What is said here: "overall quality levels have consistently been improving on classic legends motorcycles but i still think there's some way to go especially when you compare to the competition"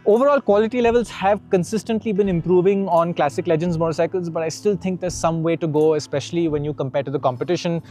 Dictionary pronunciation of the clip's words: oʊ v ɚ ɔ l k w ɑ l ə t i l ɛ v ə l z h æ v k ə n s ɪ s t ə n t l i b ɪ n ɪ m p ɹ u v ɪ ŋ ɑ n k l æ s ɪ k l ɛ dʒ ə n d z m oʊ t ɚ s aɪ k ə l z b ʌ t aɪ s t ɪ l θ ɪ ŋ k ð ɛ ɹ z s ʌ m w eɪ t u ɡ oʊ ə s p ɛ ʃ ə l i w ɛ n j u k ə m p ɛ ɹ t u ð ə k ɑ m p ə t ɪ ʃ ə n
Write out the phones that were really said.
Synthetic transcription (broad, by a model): oʊ v ɚ ɔ l k w ɑ l ə t i l ɛ v ə l z h æ v k ə n s ɪ s t ə n t l i b ɪ n ɪ m p ɹ u v ɪ ŋ ɑ n k l æ s ɪ k l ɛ dʒ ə n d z m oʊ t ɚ s aɪ k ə l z b ʌ t aɪ s t ɪ l t ɪ ŋ k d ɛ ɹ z s ʌ m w eɪ t u ɡ oʊ ə s p ɛ ʃ ə l i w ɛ n j u k ə m p ɛ ɹ t u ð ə k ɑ m p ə t ɪ ʃ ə n